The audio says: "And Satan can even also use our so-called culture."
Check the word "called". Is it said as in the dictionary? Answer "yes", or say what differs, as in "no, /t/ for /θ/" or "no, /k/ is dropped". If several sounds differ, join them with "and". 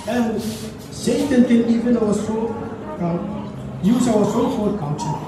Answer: no, /l/ is dropped